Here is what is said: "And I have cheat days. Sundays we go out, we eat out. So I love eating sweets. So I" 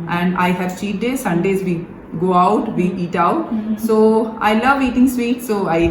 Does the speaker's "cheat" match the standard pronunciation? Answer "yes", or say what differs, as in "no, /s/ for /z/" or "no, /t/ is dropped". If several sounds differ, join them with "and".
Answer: no, /s/ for /tʃ/